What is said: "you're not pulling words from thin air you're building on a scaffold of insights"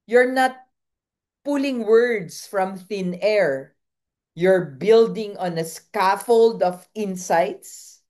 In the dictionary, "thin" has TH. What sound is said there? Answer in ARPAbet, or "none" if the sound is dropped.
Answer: TH